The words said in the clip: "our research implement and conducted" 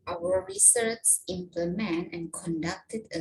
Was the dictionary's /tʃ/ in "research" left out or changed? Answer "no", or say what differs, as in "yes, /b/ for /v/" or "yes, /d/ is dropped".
yes, /s/ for /tʃ/